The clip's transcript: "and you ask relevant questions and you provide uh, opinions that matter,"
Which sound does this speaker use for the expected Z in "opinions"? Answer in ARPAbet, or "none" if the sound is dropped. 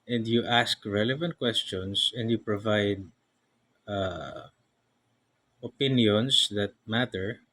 S